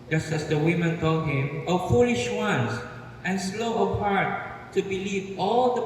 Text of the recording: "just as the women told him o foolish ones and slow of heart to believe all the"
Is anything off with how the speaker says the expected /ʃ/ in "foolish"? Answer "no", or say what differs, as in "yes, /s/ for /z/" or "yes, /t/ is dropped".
no